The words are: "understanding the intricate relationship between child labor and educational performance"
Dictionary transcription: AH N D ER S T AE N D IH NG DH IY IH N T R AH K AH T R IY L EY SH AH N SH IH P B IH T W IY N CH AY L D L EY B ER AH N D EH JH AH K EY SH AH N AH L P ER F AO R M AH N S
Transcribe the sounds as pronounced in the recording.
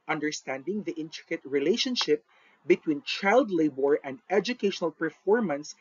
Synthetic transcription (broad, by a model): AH N D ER S T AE N D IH NG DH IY IH N T R AH K AH T R IY L EY SH AH N SH IH P B IH T W IY N CH AY L D L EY B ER AH N D EH JH AH K EY SH AH N AH L P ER F AO R M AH N S